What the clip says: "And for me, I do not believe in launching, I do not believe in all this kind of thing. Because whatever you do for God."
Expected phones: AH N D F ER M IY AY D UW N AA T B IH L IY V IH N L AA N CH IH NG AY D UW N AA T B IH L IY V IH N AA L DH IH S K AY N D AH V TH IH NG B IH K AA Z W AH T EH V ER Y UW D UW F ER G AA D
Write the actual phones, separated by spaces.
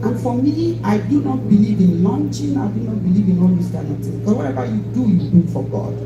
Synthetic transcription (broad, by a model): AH N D F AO M IY AY D UW N AA T B IH L IY V IH N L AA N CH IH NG AY D UW N AA T B IH L IY V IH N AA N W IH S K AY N AH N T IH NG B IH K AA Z W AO T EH V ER Y UW D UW F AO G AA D